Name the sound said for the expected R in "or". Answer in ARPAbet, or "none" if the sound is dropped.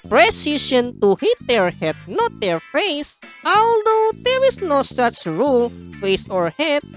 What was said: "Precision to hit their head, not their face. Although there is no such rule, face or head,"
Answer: R